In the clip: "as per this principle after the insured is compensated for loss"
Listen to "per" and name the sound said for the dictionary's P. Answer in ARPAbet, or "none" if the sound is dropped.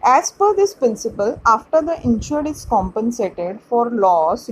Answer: F